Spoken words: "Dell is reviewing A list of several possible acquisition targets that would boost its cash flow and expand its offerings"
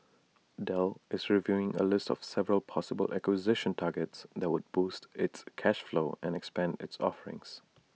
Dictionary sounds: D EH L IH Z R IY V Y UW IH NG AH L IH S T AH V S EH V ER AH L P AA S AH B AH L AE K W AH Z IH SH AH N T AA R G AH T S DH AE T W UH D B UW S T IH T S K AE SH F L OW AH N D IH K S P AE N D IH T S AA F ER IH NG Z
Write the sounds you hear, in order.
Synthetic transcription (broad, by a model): D EH L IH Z R IY V Y UW IH NG AH L IH S T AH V S EH V ER AH L P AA S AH B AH L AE K W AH Z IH SH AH N T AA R G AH T S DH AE T W UH D B UW S T IH T S K AE SH F L OW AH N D IH K S P AE N D IH T S AA F ER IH NG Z